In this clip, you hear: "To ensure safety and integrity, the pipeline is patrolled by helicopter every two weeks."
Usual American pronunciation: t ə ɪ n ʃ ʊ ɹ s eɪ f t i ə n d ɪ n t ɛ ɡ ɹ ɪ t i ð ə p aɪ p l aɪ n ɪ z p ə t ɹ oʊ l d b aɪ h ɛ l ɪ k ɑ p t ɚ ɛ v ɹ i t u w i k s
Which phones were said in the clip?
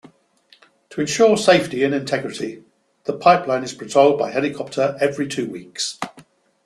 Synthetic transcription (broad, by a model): t ə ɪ n ʃ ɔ s eɪ f t i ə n ɪ n t ɛ ɡ ɹ ɪ t i ð ə p aɪ p l aɪ n ɪ z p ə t oʊ l d b aɪ h ɛ l ɪ k ɑ p t ɚ ɛ v ɹ i t u w i k s